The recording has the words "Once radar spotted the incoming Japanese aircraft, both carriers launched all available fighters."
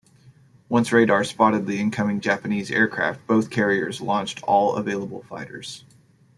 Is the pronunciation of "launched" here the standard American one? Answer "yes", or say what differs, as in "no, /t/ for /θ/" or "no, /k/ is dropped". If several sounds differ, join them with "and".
yes